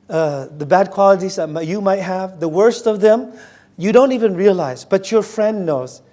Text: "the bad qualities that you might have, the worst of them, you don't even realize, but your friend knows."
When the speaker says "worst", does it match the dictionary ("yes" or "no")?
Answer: yes